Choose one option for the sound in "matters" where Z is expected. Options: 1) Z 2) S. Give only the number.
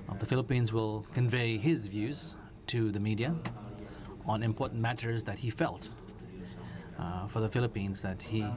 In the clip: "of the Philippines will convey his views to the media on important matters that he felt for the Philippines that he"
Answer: 1